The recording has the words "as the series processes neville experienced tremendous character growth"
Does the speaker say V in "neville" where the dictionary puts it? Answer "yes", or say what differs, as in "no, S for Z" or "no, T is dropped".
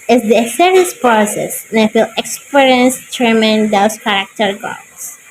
no, F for V